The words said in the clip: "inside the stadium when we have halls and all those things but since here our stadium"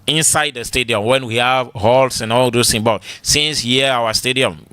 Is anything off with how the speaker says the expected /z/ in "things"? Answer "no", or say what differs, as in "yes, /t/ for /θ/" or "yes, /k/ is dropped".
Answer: yes, /z/ is dropped